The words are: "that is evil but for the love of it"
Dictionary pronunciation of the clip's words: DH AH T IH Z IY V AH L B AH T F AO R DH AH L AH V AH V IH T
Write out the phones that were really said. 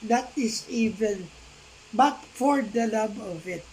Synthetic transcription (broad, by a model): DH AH T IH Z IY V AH N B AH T F AO R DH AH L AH B AH V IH T